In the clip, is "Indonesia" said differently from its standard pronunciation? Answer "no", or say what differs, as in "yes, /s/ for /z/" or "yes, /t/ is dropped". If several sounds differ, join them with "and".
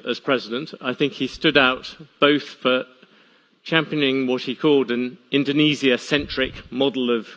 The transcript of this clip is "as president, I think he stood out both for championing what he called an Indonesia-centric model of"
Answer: yes, /z/ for /ʒ/